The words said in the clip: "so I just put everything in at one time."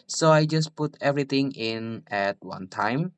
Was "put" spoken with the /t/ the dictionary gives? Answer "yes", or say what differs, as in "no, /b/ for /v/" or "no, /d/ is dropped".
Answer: yes